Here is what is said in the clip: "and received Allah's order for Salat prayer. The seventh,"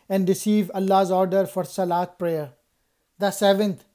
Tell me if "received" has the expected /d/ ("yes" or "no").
no